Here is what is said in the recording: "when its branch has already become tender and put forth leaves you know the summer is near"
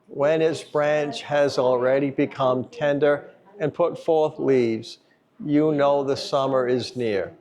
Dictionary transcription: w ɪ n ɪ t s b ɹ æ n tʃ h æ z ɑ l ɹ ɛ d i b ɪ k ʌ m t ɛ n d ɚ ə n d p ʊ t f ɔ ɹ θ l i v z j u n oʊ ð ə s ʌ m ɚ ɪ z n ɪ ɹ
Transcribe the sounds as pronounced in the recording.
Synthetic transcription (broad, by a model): w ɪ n ɪ t s b ɹ æ n tʃ h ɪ z l ɹ ɛ d i b ɪ k ʌ m t ɛ n d ɚ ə n p ʊ t f ɔ ɹ θ l i v z j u n oʊ ð ə s ʌ m ɚ ɪ z n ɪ ɹ